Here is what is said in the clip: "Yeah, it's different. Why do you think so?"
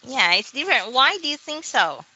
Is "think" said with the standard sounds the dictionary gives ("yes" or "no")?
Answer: yes